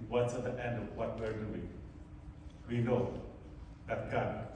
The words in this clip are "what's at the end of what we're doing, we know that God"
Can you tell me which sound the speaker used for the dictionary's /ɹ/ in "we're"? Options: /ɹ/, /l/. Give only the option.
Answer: /ɹ/